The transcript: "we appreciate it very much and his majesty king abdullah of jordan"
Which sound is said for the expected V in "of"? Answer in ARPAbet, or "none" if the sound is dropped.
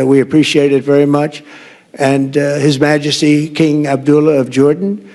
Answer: V